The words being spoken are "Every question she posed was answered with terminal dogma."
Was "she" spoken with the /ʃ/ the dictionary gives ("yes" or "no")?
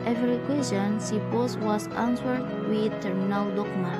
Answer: no